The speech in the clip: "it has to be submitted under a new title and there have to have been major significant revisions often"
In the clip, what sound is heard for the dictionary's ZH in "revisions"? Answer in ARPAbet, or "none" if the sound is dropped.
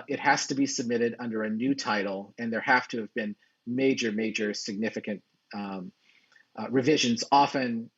ZH